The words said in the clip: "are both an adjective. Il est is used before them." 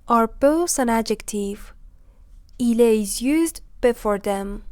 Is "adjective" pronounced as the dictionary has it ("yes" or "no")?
yes